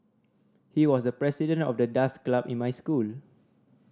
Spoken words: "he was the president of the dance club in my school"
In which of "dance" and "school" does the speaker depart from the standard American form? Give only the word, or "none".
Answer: dance